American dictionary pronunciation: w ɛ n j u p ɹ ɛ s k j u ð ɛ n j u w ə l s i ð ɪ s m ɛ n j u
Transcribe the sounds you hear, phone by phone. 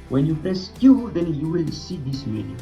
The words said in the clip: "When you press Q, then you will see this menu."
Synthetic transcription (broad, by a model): w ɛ n j u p ɛ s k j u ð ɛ n j u w ə l s i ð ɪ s m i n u